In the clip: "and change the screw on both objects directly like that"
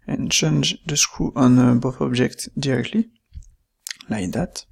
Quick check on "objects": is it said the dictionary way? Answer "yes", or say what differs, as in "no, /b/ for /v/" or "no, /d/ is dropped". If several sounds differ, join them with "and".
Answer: no, /s/ is dropped